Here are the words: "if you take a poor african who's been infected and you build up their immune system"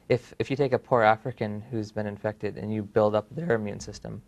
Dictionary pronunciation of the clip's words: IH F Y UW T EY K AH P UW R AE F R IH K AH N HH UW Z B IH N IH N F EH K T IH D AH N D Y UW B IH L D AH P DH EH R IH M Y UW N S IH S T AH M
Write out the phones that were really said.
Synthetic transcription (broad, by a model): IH F Y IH T EY K AH P UW R AE F R IH K AH N HH UW Z B IH N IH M F EH K T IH D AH N Y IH B IH L D AH P DH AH R IH M Y UW N S IH S T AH M